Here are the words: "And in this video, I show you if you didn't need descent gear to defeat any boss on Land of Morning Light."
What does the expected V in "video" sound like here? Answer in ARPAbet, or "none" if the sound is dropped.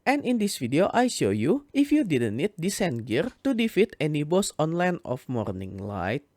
F